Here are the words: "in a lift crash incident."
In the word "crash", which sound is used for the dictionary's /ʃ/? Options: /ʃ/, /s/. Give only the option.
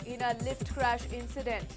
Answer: /ʃ/